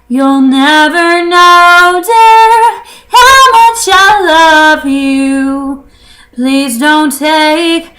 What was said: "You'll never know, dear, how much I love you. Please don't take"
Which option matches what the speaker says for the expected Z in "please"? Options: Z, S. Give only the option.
Z